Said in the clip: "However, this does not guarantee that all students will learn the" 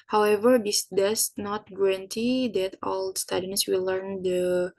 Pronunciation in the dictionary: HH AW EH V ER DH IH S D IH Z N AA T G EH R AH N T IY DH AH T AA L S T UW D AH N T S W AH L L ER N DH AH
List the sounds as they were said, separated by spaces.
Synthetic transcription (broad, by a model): HH AW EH V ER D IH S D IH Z N AA T G EH R AH N T IY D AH T AA L S T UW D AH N S W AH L L ER N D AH